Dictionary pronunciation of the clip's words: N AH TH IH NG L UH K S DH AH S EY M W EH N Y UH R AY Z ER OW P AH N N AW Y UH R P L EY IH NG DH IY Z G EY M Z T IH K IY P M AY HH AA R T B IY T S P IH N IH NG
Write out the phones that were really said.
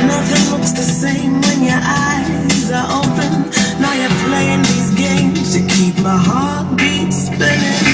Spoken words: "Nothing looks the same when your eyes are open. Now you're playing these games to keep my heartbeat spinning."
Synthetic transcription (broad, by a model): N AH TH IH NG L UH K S DH AH S EY M W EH N Y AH R AY Z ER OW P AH N N AW Y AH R P L EY IH NG DH IY Z G EY M Z T IH K IY P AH HH AA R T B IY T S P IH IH